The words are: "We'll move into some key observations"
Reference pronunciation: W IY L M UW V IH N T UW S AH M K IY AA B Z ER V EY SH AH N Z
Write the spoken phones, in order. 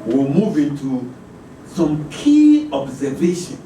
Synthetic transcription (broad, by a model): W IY M UW V IH N T UW S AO M K IY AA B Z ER V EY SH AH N